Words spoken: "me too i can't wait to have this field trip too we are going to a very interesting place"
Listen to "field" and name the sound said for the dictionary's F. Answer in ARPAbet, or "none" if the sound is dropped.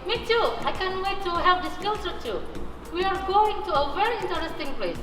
P